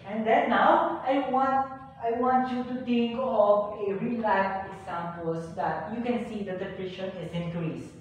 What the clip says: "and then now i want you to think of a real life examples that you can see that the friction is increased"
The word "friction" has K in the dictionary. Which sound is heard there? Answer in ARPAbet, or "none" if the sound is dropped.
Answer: none